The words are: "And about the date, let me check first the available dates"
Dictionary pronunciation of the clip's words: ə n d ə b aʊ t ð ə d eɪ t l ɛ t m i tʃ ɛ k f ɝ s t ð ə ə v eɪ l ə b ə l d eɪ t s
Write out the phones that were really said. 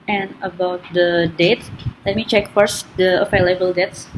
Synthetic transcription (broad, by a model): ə n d ə b aʊ t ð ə d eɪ t l ɛ t m i tʃ ɛ k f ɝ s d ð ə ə f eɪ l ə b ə l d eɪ t s